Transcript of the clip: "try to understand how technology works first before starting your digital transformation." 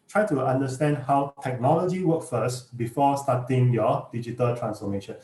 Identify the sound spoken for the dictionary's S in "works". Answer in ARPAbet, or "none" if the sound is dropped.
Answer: none